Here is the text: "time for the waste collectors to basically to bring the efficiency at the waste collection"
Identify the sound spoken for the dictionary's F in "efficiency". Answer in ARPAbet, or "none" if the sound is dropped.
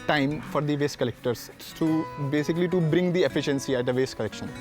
F